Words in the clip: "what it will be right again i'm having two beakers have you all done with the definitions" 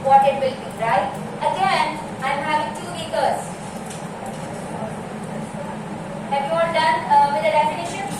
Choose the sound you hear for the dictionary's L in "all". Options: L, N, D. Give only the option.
N